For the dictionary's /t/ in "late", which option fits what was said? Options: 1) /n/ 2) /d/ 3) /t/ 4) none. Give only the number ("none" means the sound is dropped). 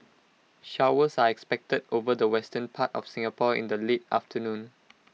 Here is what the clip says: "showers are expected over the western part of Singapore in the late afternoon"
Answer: 3